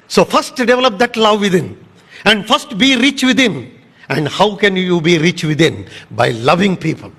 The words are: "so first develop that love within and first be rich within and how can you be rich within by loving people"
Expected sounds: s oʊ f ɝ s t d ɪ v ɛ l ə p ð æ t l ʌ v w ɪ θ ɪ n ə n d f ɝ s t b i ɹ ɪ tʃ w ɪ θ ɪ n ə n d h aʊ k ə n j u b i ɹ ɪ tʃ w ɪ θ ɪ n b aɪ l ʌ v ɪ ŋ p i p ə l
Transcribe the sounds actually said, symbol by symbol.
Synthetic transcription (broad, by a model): s oʊ f ɝ s t d ɪ v ɛ l ə p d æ t l ʌ v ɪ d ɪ n ə n d f ɝ s t b i ɹ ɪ tʃ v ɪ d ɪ n ə n d h aʊ k ə n j u b i ɹ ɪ tʃ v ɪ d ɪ n b aɪ l ʌ v ɪ ŋ p i p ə l